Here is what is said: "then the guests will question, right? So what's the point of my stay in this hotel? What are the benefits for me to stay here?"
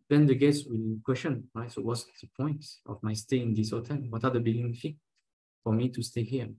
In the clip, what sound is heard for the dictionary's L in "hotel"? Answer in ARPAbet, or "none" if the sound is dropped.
N